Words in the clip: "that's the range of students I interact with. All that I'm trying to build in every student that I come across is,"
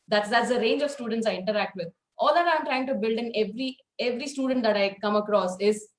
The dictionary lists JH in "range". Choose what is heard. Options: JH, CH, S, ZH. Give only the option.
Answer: JH